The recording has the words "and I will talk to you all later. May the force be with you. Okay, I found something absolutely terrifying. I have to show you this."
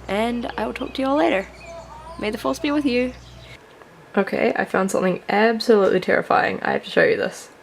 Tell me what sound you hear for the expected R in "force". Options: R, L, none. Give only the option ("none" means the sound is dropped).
L